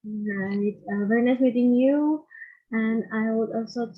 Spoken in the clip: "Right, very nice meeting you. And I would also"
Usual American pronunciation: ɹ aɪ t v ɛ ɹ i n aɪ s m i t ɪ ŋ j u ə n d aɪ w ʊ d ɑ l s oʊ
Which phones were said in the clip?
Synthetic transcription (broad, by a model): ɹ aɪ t v ɛ ɹ i n aɪ s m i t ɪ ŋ j u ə n aɪ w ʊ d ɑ l s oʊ